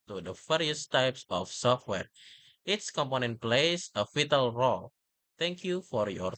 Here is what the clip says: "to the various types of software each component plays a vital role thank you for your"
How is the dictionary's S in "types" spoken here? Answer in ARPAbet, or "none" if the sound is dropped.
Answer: S